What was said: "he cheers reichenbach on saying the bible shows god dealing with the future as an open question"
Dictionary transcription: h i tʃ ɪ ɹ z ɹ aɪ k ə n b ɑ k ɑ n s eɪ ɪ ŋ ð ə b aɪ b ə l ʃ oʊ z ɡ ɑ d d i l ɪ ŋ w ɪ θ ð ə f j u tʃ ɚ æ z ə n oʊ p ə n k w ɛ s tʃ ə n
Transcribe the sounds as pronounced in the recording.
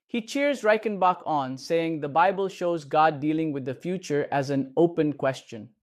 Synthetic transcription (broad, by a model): h i tʃ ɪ ɹ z ɹ aɪ k ə n b ɑ k ɑ n s eɪ ɪ ŋ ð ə b aɪ b ə l ʃ oʊ z ɡ ɑ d d i l ɪ ŋ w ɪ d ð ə f j u tʃ ɚ æ z ə n oʊ p ə n k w ɛ s tʃ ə n